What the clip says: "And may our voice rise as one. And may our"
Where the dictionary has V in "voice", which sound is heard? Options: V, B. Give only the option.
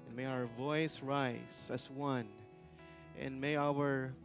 V